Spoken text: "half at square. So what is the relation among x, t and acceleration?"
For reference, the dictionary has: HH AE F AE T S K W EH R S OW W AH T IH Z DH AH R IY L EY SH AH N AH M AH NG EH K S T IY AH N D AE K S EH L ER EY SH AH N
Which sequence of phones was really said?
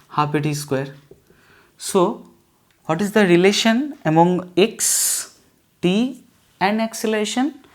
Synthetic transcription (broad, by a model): HH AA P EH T S K W EH R S OW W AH T IH Z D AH R IY L EY SH AH N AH M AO NG EH K S T IY AH N D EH K S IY L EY SH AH N